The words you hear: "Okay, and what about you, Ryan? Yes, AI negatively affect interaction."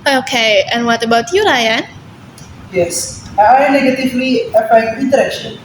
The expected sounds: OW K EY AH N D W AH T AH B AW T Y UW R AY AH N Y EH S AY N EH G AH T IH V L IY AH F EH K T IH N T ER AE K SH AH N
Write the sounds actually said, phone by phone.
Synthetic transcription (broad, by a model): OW K EY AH N W AH T AH B AW T Y UW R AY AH N Y EH S AY N EH G AH T IH V L IY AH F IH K IH N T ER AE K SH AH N